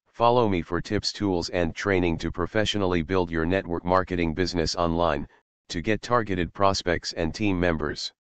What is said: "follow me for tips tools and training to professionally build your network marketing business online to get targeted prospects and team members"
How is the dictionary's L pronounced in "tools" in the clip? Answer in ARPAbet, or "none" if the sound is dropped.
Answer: L